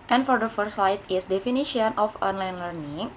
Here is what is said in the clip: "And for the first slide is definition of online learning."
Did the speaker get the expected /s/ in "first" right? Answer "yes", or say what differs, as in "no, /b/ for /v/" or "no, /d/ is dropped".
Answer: no, /s/ is dropped